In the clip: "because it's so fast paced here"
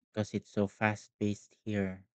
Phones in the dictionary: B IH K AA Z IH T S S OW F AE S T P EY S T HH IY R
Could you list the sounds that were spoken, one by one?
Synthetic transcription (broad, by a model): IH K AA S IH T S S OW F AE S T B EY S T HH IY R